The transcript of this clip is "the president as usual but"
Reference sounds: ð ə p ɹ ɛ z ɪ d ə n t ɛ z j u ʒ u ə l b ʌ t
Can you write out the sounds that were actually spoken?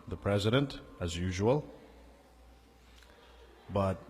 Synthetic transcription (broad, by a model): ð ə p ɹ ɛ z ɪ d ə n t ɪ z j u ʒ u ə l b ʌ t